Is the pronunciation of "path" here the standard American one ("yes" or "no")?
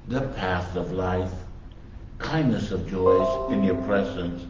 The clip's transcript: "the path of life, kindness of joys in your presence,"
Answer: yes